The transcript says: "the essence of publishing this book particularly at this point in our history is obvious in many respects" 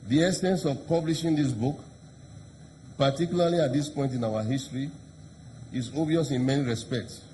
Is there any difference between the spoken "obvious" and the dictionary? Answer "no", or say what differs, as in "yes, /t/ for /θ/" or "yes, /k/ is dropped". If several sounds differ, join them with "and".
yes, /b/ is dropped